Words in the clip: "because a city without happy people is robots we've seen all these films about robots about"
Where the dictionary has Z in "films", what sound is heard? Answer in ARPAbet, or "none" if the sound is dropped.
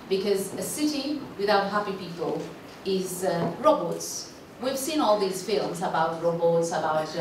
Z